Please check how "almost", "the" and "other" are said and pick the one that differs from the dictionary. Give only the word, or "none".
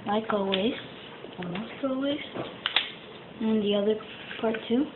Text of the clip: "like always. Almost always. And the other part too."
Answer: almost